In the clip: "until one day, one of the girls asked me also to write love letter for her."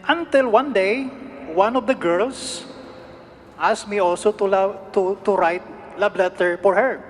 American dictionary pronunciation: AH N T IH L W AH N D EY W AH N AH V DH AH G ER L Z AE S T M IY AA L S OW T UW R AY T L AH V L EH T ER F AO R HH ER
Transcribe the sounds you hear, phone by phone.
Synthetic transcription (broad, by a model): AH N T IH L W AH N D EY W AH N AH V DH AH G ER L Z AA S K M IY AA L S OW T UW R AY T L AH B L EH T ER F AO R HH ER